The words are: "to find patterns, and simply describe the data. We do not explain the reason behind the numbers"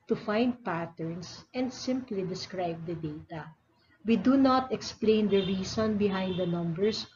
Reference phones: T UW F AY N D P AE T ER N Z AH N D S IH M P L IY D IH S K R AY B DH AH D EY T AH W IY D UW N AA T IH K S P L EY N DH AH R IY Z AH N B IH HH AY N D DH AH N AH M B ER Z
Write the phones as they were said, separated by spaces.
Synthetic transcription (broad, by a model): T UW F AY N D P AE T ER N S AH N D S IH M P L IY D IH S K R AY B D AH D EY T AH W IY D UW N AA T IH K S P L EY N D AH R IY S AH N B IH HH AY N D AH N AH M B ER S